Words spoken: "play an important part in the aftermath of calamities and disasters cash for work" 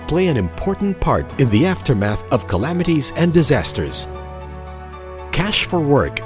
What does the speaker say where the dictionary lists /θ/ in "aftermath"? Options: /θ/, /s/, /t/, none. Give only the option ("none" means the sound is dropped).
/θ/